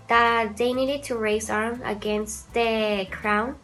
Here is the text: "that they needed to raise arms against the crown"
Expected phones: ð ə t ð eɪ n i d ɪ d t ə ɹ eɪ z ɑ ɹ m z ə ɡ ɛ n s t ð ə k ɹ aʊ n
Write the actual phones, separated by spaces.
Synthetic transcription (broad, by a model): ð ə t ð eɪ n i d ɪ d t ə ɹ eɪ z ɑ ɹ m ə ɡ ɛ n s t ð ə k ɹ aʊ n